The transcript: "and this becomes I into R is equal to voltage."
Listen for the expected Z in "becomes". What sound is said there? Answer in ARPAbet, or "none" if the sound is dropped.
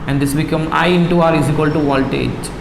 none